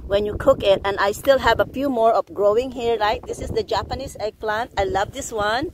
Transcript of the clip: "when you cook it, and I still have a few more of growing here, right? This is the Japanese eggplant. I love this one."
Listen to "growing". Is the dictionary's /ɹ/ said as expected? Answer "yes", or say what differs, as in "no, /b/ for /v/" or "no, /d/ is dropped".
yes